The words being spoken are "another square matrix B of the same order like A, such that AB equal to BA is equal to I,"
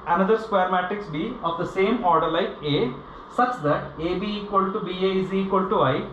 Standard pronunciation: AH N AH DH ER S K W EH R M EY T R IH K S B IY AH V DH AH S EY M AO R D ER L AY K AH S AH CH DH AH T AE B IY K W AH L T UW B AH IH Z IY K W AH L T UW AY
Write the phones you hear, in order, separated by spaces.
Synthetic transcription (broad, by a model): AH N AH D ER S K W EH R M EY T IH K S B IY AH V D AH S EY M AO R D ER L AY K AH S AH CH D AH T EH B IY K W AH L T UW B AH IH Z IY K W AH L T UW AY